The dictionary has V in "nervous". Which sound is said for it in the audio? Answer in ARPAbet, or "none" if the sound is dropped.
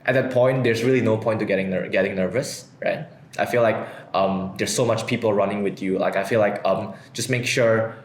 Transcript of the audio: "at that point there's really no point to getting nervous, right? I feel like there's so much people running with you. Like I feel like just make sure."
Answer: V